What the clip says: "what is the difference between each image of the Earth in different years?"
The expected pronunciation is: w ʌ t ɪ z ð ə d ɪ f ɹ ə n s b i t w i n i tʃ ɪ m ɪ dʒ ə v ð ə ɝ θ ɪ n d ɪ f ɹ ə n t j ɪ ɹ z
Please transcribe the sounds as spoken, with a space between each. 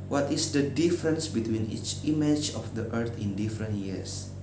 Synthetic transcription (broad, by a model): w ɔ t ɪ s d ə d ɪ f ɹ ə n s b i t w i n i tʃ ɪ m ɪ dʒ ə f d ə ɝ t ɪ n d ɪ f ɹ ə n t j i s